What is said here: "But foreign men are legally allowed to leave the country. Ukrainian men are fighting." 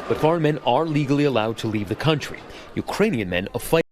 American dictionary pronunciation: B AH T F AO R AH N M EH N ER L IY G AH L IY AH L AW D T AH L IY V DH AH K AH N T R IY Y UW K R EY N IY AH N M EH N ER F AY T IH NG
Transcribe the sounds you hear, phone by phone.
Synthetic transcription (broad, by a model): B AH T F AO R AH N M EH N ER L IY G L IY AH L AW D T AH L IY V DH AH K AH N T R IY Y UW K R EY N IY AH N M EH N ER F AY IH